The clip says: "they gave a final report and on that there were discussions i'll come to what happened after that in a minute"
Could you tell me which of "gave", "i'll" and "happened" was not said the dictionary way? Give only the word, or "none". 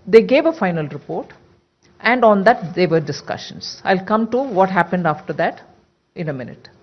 none